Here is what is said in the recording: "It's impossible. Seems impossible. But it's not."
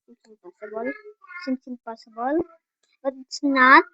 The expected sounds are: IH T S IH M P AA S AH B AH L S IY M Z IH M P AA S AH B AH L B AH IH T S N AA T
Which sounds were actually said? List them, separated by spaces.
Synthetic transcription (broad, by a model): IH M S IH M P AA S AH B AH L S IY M S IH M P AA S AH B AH L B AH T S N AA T